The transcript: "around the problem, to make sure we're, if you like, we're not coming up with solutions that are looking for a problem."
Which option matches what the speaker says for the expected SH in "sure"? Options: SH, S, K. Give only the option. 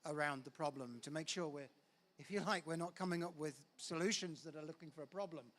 SH